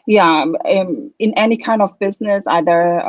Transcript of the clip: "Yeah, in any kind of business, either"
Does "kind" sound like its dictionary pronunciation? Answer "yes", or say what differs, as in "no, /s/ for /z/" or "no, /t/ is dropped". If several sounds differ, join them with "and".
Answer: yes